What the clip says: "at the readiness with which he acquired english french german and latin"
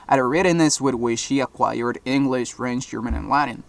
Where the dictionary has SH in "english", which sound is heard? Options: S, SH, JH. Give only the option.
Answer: SH